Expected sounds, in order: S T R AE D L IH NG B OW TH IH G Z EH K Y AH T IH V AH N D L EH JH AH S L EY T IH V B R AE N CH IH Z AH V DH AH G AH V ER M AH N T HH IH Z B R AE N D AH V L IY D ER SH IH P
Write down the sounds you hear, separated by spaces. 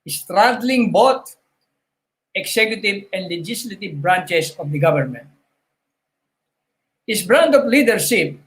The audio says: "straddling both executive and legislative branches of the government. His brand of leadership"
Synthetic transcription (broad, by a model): S T R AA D L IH NG B OW T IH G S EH K Y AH T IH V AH N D L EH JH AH S L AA T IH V B R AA N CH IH S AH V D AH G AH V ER M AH N T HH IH S B R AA N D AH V L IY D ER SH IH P